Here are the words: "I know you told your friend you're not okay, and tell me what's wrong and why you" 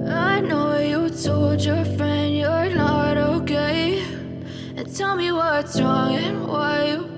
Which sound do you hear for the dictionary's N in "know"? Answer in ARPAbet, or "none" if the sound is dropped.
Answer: N